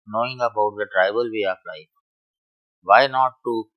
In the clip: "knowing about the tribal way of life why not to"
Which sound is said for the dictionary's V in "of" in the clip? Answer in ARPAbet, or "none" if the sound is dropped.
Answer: P